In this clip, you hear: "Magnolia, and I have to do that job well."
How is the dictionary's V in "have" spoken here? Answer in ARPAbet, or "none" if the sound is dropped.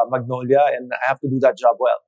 F